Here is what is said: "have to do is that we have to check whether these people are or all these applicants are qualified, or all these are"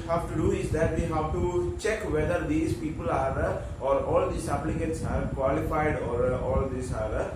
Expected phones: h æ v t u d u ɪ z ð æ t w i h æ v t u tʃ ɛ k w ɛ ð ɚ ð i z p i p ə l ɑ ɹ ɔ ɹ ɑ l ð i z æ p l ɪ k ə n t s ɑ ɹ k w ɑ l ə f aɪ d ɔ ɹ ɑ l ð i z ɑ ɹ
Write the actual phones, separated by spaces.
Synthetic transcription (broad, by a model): h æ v t u d u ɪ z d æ t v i h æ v t u tʃ ɛ k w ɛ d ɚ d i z p i p ə l ɑ ɹ ɔ ɹ ɑ l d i s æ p l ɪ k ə t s ɑ ɹ k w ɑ l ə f aɪ d ɔ ɹ ɑ l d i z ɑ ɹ